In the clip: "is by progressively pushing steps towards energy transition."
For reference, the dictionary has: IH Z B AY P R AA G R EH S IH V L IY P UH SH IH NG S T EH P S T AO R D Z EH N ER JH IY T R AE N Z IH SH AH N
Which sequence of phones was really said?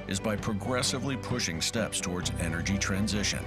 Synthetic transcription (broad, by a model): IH Z B AY P R AA G R EH S IH V L IY P UH SH IH NG S T EH P S T AO R D Z EH N ER JH IY T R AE N Z IH SH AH N